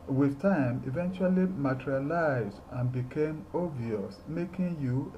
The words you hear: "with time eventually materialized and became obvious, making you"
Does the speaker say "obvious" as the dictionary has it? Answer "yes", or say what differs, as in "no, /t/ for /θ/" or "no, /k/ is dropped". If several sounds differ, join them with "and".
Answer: no, /b/ is dropped